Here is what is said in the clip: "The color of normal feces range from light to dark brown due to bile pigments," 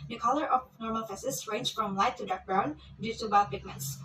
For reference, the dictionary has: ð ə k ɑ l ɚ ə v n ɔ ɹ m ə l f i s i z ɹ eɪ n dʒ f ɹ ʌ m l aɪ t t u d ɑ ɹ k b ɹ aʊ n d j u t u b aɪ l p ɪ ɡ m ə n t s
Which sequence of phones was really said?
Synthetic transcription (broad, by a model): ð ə k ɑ l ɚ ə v n ɔ ɹ m ə l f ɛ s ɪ s ɹ eɪ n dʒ f ɹ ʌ m l aɪ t t u d ɑ ɹ k b ɹ aʊ n d j u t u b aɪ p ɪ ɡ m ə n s